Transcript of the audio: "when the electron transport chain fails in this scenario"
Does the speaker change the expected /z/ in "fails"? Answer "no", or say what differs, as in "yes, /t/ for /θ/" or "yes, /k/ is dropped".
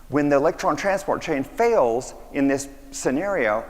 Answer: no